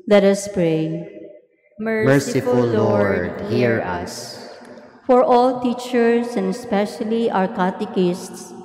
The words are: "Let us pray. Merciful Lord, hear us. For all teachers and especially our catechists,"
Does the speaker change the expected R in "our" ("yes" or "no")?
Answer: no